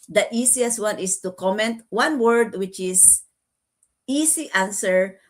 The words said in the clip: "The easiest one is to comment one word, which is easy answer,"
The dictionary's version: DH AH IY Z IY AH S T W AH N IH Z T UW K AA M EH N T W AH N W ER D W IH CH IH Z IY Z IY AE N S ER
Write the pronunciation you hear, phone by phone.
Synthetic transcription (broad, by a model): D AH IY S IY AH S T W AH N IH S T UW K AA M EH N T W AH N W ER D W IH CH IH S IY S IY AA N S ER